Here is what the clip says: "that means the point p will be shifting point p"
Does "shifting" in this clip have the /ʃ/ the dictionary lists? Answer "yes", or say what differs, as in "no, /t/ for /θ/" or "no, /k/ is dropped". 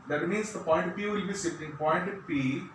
no, /s/ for /ʃ/